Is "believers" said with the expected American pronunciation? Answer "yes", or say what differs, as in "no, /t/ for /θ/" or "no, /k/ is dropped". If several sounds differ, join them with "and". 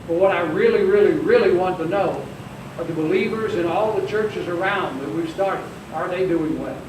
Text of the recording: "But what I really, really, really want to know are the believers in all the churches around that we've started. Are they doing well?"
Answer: yes